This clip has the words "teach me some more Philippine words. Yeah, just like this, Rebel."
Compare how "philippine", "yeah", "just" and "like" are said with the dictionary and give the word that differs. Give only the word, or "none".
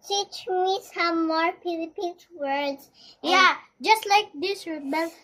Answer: philippine